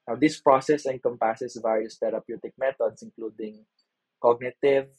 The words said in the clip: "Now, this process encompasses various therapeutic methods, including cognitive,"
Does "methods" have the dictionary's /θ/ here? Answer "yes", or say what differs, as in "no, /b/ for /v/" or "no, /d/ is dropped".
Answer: no, /t/ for /θ/